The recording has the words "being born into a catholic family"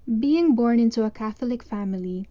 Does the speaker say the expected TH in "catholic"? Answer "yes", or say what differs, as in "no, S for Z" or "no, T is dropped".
yes